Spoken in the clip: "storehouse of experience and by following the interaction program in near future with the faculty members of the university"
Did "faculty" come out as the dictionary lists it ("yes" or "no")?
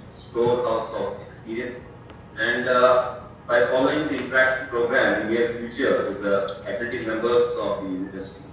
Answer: no